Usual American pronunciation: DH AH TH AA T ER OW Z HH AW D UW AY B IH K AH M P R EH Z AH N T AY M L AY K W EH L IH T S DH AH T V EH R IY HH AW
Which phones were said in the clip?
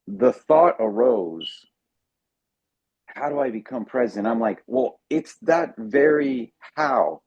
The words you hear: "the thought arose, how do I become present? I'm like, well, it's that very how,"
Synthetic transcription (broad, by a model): DH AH TH AA T ER OW Z HH AW D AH AY B IH K AH M P R EH Z AH N T AY M L AY K W EH L IH T S DH AH T V EH R IY HH AW